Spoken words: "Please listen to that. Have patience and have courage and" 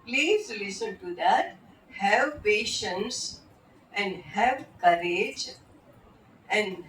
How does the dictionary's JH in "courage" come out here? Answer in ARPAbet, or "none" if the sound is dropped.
JH